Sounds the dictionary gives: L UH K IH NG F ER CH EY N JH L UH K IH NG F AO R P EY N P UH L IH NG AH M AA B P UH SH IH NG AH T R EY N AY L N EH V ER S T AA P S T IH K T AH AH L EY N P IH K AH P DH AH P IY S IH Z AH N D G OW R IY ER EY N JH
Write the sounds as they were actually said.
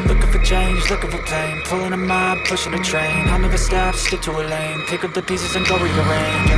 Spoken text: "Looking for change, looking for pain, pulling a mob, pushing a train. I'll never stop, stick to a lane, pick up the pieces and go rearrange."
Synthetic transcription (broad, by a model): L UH K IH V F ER CH EY N JH L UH K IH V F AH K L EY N P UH L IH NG AH M AA B P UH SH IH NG AH T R EY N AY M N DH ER S T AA F S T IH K T AH AH L EY N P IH K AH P DH AH P IY S IH Z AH N G OW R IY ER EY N